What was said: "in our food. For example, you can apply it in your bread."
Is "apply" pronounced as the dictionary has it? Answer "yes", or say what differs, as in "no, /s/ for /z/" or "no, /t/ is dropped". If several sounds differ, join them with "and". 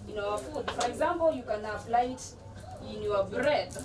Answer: no, /f/ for /p/